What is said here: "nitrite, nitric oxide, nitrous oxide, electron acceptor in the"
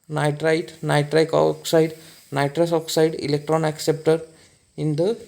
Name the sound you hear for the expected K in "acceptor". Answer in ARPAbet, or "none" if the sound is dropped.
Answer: K